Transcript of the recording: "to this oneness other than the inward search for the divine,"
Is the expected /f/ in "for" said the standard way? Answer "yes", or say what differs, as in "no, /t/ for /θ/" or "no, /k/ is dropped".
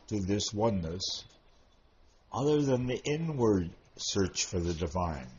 yes